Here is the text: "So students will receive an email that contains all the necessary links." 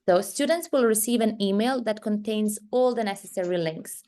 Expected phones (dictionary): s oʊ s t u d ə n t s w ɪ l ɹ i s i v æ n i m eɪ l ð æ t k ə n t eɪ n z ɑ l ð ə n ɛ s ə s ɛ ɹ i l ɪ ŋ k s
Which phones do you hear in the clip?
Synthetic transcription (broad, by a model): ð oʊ s t u d ə n t s w ɪ l ɹ i s i v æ n i m eɪ l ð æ t k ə n t eɪ n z ɑ l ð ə n ɛ s ə s ɛ ɹ i l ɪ ŋ k s